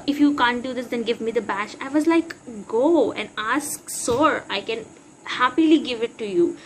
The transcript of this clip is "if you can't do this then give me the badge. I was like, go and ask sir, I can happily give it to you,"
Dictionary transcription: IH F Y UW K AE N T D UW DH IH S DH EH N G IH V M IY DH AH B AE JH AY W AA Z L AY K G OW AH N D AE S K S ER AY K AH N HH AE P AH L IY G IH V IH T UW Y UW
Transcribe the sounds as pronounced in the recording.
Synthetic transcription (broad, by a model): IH F Y UW K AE N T D UW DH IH S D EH N G IH V M IY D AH B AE SH AY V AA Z L AY K G OW AH N D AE S K S ER AY K AH N HH AE P AH L IY G IH V IH T UW Y UW